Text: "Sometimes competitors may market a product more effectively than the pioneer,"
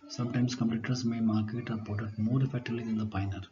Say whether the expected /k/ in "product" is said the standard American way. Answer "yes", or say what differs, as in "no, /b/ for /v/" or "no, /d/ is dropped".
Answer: no, /k/ is dropped